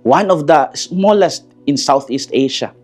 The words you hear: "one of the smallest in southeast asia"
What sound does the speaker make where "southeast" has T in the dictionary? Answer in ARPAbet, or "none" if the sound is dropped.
T